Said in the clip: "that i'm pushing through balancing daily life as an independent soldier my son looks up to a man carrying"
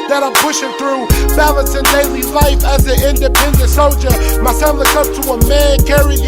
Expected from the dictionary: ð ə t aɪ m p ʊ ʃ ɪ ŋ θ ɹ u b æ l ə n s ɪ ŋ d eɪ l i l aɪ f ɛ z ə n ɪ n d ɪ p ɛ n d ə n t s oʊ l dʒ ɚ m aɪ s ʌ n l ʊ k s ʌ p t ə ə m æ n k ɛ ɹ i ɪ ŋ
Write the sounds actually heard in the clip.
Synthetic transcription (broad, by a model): ð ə t aɪ m p ʊ ʃ ɪ ŋ θ ɹ u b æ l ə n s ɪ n d eɪ l i l aɪ f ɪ z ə ɪ n d ɪ p ɛ n d ə n t s oʊ l dʒ ɚ m aɪ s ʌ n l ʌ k ʌ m t ə ə m æ n k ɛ ɹ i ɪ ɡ